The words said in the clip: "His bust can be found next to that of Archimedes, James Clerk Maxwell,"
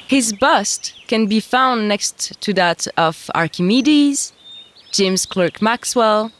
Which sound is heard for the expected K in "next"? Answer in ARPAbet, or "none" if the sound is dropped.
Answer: K